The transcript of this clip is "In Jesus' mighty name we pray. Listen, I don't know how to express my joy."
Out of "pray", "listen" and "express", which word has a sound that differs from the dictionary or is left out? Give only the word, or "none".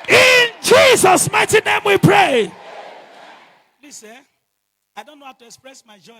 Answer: listen